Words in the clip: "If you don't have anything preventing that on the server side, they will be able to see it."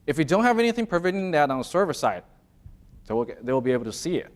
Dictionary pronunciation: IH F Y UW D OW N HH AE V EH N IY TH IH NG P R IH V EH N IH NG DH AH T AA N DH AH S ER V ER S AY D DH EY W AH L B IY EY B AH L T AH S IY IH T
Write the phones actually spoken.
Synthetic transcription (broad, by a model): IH F Y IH D OW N HH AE V EH N IY TH IH NG P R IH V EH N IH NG DH AH T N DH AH S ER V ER S AY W DH EY W AH L B IY EY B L T AH S IY IH T